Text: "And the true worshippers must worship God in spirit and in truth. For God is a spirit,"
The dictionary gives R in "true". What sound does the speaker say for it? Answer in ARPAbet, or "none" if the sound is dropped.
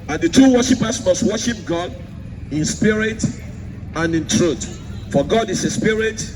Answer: none